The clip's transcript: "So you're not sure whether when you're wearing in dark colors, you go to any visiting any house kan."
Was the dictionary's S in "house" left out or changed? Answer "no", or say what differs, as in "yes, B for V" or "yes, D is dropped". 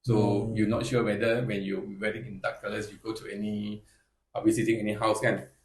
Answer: no